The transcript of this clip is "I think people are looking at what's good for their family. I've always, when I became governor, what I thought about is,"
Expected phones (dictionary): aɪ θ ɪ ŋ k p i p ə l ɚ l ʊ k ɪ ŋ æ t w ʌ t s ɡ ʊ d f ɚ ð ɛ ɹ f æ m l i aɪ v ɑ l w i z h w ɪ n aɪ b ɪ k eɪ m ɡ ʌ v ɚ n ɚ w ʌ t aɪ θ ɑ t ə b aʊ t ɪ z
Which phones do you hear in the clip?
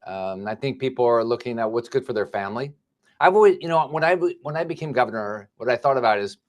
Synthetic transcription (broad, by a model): aɪ θ ɪ ŋ k p i p l ɚ l ʊ k ɪ ŋ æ t w ʌ t s ɡ ʊ d f ɚ ð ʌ ɹ f æ m l i aɪ v ɑ l w i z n w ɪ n aɪ b ɪ k eɪ m ɡ ʌ v ɚ n ɚ w ʌ t aɪ θ ɑ t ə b aʊ t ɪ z